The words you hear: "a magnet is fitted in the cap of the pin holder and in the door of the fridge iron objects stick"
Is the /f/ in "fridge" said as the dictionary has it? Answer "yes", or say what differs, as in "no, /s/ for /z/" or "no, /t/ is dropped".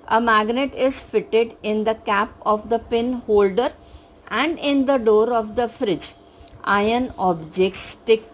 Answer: yes